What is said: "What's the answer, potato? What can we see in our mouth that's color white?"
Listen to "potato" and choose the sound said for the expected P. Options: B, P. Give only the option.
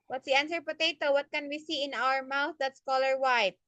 P